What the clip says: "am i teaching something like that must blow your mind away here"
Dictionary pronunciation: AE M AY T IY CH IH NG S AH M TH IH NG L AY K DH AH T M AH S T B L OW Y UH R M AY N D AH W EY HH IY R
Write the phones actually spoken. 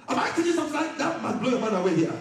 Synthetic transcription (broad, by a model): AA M AY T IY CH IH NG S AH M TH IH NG L AY K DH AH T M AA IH B L OW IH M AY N AH W EY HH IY